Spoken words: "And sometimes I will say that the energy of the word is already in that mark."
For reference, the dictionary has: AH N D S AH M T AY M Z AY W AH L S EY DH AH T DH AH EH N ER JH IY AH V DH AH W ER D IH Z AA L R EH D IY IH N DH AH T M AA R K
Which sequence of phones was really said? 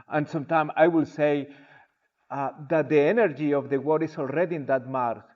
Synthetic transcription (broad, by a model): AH N S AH M T AY M AY W AH L S EY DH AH T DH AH EH N ER JH IY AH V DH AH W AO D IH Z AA L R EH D IY IH N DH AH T M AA R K